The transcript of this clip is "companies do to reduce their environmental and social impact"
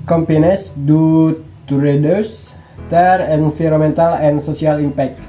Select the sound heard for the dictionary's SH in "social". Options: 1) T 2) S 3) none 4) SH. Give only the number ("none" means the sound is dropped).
2